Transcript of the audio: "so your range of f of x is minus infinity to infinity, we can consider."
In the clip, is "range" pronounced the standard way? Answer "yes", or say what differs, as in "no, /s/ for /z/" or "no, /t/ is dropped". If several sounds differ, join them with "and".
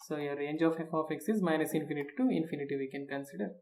yes